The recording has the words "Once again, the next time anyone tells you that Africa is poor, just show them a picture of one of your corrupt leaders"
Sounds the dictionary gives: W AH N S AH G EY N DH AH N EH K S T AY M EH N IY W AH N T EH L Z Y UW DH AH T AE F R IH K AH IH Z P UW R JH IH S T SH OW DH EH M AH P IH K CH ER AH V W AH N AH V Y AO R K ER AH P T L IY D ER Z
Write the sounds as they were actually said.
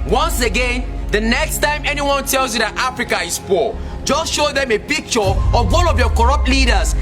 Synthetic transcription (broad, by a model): W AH N S AH G EY N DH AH N EH K S T AY M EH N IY W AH N T EH L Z Y UW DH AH T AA F R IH K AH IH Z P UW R JH IH S T SH OW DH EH M AH P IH K CH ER AH V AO L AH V Y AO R K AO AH P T L IY D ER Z